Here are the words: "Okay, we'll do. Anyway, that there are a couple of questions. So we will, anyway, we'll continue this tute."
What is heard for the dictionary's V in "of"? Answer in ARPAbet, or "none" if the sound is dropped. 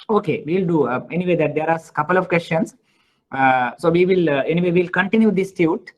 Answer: V